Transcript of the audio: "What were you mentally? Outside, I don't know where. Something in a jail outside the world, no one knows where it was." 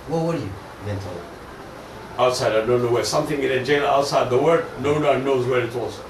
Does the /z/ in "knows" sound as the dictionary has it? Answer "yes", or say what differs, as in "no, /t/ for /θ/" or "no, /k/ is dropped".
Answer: yes